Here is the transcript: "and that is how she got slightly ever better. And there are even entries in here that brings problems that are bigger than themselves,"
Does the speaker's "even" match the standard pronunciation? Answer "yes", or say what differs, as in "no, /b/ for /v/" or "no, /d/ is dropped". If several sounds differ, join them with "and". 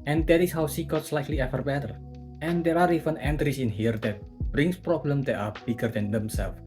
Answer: no, /f/ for /v/